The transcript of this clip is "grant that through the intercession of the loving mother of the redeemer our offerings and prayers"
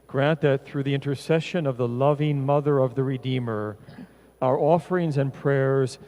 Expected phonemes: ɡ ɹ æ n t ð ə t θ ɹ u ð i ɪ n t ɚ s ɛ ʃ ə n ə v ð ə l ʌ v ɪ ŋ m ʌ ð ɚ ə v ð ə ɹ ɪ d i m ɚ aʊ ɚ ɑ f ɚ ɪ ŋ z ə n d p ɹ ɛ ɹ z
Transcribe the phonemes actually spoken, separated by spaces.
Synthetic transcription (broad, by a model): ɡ ɹ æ n ð ə t θ ɹ u ð i ɪ n t ɚ s ɛ ʃ ə n ə v ð ə l ʌ v ɪ ŋ m ʌ ð ɚ ə v ð ə ɹ ɪ d i m ɚ aʊ ɚ ɑ f ɚ ɪ ŋ z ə n p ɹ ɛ ɹ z